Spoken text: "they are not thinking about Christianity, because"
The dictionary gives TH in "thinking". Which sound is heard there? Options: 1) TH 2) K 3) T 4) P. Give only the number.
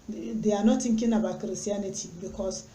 3